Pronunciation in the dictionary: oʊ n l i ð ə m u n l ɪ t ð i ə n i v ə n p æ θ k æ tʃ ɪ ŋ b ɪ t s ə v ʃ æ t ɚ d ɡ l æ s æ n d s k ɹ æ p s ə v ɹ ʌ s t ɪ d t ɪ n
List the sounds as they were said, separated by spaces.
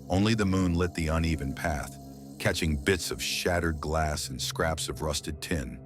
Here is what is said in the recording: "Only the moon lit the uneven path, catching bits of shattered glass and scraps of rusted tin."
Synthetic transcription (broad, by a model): oʊ n l i ð ə m u n l ɪ t ð i ə n i v ə n p æ θ k æ tʃ ɪ ŋ b ɪ t s ə v ʃ æ t ɚ d ɡ l æ s n s k ɹ æ p s ə v ɹ ʌ s t ɪ d t ɪ n